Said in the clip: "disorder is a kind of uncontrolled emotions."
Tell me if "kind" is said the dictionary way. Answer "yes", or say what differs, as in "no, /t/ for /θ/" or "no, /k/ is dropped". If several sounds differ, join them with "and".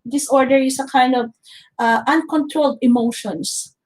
yes